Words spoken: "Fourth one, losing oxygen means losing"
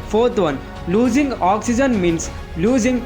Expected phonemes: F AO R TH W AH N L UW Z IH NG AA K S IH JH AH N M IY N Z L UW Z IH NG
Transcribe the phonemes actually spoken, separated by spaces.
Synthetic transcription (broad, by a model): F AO R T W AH N L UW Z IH NG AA K S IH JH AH N M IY N S L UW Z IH NG